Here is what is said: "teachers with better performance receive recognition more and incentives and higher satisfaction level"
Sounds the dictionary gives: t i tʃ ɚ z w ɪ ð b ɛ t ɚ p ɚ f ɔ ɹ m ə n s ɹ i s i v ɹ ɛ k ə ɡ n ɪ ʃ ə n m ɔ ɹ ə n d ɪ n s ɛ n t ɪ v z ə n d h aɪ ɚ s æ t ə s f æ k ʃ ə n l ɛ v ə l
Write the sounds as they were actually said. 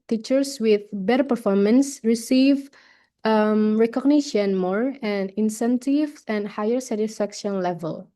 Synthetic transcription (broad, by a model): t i tʃ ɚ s w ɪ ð b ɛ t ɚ p ɚ f ɔ ɹ m ə n s ɹ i s i v ɹ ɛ k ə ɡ n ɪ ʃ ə n m ɔ ɹ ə n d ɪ n s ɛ n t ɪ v ə n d h aɪ ɚ s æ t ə s f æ k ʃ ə n l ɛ v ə l